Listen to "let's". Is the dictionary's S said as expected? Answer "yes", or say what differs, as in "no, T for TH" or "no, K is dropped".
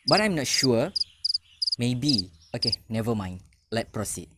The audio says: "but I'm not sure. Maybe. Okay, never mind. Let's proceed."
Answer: no, S is dropped